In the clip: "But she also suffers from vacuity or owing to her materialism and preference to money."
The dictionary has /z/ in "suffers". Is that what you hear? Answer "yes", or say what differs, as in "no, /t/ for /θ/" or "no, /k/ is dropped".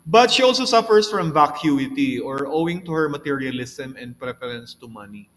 no, /s/ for /z/